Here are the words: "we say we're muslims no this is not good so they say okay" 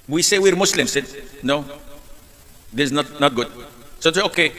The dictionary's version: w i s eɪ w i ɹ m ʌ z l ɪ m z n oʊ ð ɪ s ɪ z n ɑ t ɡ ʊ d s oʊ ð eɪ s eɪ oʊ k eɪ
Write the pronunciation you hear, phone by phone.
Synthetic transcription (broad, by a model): w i s eɪ w i ɹ m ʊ s l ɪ m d n oʊ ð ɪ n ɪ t n ɑ t ɡ ʊ d s oʊ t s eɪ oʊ k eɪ